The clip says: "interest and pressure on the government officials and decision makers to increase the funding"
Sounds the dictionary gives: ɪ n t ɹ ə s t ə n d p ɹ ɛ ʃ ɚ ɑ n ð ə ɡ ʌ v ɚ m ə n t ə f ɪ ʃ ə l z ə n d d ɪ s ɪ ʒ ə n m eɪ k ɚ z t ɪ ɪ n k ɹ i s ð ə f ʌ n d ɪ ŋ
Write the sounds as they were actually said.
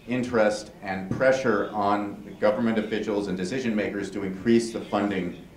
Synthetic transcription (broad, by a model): ɪ n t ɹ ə s t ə n p ɹ ɛ ʃ ɚ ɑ n ð ə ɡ ʌ v ɚ m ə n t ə f ɪ ʃ l z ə n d d ɪ s ɪ ʒ ə n m eɪ k ɚ z t ɪ ɪ n k ɹ i s ð ə f ʌ n d ɪ ŋ